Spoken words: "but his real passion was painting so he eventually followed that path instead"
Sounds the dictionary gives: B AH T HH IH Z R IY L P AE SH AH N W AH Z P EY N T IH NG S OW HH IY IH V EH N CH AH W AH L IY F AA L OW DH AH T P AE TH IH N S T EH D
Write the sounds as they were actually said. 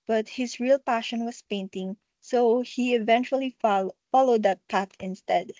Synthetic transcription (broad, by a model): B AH T HH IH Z R IY L P AE SH AH N W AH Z P EY N T IH NG S OW HH IY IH V EH N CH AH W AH L IY F AA L OW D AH T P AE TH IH N S T EH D